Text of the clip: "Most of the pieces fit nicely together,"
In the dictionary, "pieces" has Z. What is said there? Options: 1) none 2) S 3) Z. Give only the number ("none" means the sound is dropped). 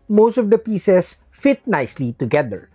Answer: 2